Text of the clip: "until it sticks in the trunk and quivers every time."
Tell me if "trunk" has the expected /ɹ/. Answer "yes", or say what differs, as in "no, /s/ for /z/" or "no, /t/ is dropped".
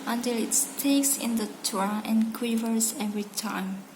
no, /ɹ/ is dropped